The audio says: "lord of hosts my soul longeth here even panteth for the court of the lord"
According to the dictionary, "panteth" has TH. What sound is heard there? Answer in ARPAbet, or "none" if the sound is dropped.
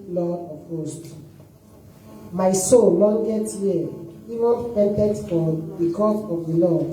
T